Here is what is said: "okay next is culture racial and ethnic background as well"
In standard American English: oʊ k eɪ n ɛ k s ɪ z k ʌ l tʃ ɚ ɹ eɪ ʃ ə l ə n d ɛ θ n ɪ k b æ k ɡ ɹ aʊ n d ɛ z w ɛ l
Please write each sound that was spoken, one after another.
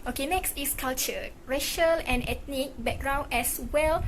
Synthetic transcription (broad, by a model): oʊ k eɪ n ɛ k s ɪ s k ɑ l tʃ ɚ ɹ eɪ ʃ ə l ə n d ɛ t n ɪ k b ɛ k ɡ ɹ aʊ n ɛ s w ɛ l